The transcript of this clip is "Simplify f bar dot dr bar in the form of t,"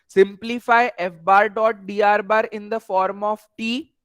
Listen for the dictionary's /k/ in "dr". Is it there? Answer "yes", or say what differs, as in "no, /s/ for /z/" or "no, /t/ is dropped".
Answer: no, /k/ is dropped